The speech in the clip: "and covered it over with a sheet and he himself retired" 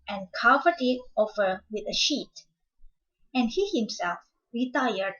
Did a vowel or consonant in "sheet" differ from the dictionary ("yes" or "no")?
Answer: no